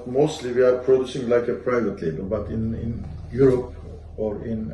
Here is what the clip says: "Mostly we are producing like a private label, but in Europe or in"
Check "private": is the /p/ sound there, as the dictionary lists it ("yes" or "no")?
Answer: yes